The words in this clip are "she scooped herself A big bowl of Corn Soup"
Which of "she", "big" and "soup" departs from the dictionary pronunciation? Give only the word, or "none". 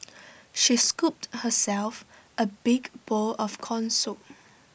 soup